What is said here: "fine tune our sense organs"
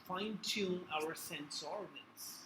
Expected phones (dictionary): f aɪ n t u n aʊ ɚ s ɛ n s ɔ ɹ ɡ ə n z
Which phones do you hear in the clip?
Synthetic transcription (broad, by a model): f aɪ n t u aʊ ɚ s ɛ n s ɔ ɹ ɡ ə n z